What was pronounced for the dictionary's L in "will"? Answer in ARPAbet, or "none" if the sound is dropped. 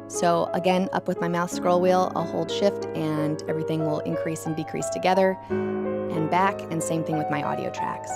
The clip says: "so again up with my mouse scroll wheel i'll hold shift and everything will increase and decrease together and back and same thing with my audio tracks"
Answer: L